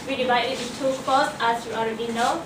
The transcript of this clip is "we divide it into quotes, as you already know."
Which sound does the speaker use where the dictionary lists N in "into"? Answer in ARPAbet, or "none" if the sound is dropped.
none